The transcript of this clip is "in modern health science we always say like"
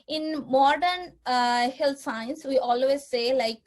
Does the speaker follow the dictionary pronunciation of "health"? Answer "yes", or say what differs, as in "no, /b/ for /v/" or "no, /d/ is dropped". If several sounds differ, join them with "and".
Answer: no, /t/ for /θ/